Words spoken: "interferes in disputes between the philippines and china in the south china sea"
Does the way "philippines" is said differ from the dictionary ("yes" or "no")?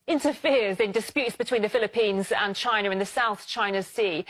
no